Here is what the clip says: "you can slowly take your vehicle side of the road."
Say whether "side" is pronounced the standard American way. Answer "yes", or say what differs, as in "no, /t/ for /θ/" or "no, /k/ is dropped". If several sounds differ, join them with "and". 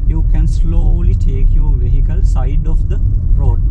yes